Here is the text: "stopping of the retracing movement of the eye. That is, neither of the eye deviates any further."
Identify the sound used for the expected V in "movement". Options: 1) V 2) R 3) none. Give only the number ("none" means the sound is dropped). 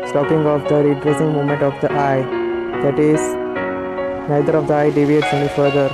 3